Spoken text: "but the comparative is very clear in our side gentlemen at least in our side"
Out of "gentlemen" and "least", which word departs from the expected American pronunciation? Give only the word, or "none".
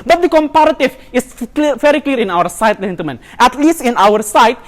gentlemen